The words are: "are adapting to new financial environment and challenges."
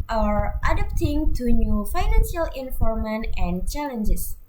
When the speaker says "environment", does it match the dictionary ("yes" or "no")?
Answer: no